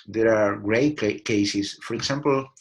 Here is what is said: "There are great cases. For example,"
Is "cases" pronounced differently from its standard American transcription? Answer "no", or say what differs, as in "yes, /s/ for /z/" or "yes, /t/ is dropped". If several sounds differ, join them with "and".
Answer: yes, /s/ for /z/